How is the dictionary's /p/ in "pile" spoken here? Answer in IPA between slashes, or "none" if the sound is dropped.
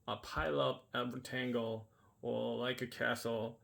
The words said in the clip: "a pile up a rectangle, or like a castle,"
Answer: /p/